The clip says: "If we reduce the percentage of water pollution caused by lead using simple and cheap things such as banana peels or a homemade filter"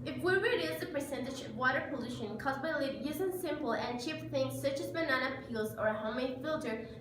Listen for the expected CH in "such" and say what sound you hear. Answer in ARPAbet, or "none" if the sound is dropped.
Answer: CH